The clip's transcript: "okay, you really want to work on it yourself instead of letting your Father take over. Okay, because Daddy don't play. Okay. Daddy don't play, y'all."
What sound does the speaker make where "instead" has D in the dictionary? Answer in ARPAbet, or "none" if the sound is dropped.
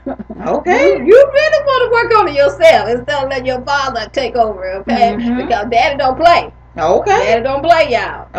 none